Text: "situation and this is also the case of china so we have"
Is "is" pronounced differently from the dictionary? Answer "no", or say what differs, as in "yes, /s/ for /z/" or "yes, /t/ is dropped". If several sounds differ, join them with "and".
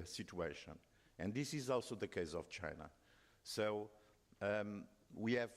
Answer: no